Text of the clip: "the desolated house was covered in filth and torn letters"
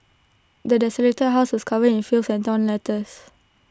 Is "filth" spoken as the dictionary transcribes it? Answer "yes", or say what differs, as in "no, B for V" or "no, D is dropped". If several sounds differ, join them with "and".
no, S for TH